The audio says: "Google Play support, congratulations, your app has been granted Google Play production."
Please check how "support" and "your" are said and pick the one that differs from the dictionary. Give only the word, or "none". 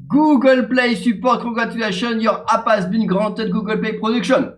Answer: none